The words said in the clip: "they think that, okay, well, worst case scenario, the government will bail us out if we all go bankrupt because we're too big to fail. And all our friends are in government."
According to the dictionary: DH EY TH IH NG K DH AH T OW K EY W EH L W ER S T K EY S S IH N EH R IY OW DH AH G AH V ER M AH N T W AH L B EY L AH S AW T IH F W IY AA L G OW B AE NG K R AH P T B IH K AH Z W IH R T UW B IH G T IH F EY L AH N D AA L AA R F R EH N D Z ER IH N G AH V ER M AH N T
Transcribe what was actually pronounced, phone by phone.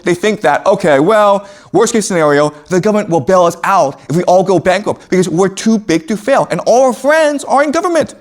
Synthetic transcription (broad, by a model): DH EY TH IH NG K DH AH T OW K EY W EH L W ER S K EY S S IH N EH R IY OW DH AH G AH V ER M AH N T W AH L B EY L AH S AW T IH F W IY AA L G OW B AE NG K AH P B IH K AH Z W IH R T UW B IH G T IH F EY L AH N AA L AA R F R EH N D Z ER IH N G AH V ER M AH N T